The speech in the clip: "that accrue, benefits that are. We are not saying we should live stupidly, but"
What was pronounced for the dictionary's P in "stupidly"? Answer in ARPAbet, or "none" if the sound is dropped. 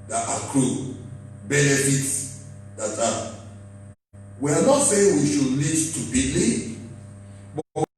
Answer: B